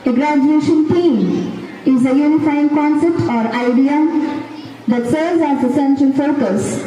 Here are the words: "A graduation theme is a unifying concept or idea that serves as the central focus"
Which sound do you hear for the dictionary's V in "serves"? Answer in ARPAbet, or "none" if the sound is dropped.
none